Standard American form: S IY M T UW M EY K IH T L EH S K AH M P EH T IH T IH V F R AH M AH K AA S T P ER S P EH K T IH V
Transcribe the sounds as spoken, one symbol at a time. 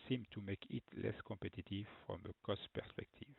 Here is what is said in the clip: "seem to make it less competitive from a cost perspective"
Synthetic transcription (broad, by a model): S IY M T UW M EY K IH T L EH S K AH P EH T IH T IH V F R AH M AH K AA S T P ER S P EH K T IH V